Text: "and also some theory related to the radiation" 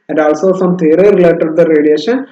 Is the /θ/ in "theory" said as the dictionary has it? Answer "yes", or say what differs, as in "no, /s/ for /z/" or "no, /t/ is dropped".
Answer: no, /t/ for /θ/